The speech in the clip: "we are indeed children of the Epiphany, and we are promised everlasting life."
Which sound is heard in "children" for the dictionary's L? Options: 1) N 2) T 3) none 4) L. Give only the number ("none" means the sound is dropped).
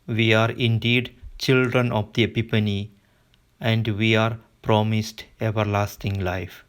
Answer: 4